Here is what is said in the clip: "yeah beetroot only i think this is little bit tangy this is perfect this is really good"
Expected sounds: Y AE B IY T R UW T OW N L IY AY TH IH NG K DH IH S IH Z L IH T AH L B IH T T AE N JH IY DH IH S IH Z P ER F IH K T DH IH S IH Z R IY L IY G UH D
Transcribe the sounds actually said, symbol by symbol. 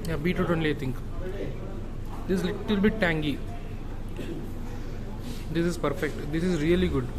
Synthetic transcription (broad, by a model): Y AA B IY T UW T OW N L IY AY T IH NG K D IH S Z L IH T AH L B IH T T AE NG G IY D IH S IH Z P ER F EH K T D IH S IH Z R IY L IY G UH D